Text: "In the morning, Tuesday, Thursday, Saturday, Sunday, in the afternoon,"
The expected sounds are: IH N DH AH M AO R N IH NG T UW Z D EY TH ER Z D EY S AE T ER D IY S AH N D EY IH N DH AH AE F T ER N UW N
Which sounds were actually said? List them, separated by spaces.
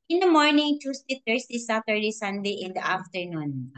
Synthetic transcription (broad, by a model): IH N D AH M AO R N IH NG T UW S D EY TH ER S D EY S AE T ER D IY S AH N D EY IH N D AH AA F T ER N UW N